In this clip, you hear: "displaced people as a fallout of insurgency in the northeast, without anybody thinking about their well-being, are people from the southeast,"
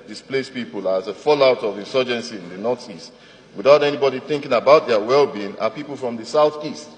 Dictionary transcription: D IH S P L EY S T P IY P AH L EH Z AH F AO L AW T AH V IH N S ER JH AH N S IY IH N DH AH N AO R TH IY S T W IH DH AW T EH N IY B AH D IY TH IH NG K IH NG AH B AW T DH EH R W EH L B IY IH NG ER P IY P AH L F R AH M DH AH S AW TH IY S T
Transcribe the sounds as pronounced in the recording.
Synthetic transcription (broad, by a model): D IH S P L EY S P IY P AH L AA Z AH F AO L AW T AH V IH N S ER JH AH N S IY IH N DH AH N AO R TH IY S T W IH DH AW T EH N IY B AH D IY TH IH NG K IH NG AH B AW T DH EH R W EH L B IY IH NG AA P IY P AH L F R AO M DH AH S AW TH IY S T